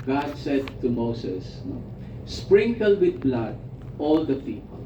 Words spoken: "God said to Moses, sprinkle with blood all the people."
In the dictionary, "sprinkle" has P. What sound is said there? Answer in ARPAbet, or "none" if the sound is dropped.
P